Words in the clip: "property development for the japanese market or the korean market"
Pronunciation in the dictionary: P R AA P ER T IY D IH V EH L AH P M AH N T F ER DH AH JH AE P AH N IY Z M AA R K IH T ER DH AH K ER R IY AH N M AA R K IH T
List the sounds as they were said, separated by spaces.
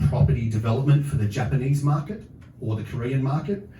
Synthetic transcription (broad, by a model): P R AA P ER T IY D IH V EH L AH P M AH N T F ER DH AH JH AE P AH N IY Z M AA R K IH T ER DH AH K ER R IY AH N M AA R K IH T